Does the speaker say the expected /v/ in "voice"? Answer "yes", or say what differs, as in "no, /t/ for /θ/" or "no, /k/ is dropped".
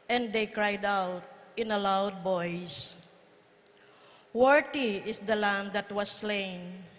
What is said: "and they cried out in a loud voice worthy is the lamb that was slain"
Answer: no, /b/ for /v/